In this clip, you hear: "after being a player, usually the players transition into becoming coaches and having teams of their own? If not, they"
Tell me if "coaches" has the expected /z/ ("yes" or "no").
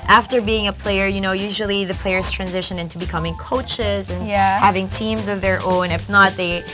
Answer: yes